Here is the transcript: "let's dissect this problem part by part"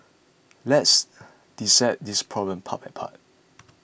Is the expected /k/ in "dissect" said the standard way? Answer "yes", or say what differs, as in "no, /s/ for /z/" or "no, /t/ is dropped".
no, /k/ is dropped